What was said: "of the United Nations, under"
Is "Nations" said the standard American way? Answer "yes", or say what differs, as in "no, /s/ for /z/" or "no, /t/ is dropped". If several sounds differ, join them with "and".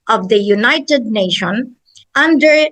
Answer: no, /z/ is dropped